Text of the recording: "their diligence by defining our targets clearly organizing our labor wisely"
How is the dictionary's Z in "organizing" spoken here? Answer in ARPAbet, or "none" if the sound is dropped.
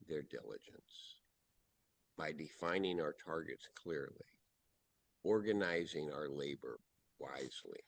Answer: Z